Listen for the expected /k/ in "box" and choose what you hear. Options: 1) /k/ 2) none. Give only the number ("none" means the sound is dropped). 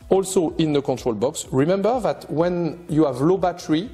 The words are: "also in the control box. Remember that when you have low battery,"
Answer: 1